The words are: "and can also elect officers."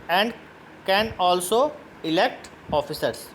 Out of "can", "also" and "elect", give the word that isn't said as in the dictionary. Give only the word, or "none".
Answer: none